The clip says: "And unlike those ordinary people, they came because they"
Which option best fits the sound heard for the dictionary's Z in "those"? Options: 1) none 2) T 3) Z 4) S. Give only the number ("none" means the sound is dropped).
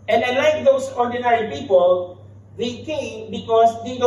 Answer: 4